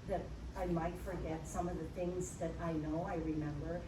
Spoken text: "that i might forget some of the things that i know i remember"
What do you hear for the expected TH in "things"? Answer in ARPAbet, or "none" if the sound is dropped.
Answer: TH